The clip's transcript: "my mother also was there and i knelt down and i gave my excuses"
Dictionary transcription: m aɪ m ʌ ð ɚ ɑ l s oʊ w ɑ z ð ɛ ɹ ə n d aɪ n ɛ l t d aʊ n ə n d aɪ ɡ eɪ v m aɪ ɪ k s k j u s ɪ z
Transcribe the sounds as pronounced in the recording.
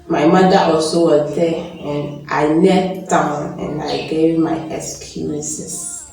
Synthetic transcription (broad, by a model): m aɪ m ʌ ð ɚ ɑ l s oʊ w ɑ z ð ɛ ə n aɪ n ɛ t d aʊ n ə n aɪ ɡ eɪ v m aɪ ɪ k s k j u s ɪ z